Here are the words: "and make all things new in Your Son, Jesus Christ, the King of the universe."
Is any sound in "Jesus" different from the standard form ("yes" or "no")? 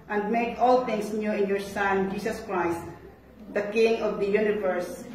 yes